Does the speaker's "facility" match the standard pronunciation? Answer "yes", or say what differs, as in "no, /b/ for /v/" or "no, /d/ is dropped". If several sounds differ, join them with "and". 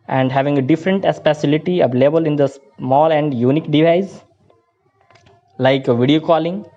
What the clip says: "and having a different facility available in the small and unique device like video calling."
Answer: no, /p/ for /f/